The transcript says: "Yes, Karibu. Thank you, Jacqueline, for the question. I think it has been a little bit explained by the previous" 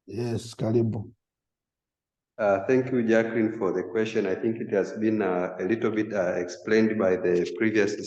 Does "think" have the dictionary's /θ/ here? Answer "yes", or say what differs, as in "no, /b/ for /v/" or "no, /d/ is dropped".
yes